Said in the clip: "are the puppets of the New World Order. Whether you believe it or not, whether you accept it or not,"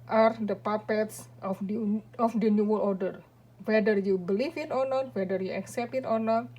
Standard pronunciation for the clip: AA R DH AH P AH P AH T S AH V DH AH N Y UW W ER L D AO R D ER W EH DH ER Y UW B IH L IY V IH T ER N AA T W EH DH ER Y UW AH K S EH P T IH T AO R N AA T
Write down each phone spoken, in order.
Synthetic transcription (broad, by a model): AA R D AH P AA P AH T S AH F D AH N Y UW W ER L AO R D ER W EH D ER Y UW B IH L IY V IH T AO N AA T W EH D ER Y UW AH K S EH P T IH T AO R N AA T